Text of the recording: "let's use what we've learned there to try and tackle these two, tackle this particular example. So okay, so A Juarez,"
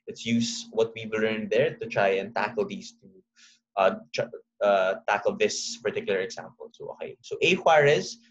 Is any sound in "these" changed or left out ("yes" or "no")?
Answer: yes